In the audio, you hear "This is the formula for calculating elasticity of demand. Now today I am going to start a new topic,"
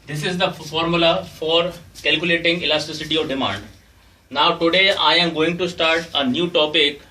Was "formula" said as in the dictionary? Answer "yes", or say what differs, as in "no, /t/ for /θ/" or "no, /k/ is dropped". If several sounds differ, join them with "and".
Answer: yes